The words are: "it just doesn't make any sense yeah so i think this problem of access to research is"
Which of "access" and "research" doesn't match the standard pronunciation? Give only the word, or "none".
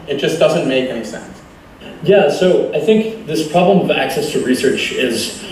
none